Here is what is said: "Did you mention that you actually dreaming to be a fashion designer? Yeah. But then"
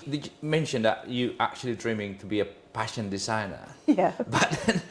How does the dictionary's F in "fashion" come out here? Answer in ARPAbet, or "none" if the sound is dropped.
P